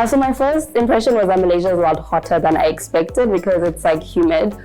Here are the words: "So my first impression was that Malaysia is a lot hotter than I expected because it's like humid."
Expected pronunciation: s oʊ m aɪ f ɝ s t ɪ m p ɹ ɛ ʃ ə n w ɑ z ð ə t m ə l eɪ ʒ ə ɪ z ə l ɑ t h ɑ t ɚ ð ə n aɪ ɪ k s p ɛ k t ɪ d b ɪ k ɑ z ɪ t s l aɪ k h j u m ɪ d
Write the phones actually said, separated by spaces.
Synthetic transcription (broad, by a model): s oʊ m aɪ f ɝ s t ɪ m p ɹ ɛ ʃ ə n w ɑ z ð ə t m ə l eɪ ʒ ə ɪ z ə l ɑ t h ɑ t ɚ ð ə n aɪ ɪ k s p ɛ k t ɪ d b ɪ k ɑ z ɪ t s l aɪ k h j u m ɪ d